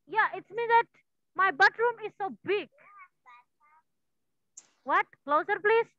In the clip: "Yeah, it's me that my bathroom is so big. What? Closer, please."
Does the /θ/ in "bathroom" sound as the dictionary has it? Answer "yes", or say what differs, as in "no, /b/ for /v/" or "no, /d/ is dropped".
no, /t/ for /θ/